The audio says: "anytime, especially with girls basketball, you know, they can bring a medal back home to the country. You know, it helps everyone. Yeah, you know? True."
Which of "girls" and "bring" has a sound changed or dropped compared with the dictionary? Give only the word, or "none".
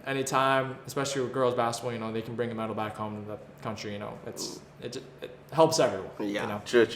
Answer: none